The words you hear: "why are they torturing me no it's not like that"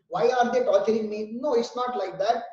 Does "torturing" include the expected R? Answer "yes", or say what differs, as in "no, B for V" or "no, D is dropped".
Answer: no, L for R